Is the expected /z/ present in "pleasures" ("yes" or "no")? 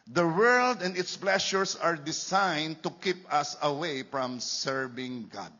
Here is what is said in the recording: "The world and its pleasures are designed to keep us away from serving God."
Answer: no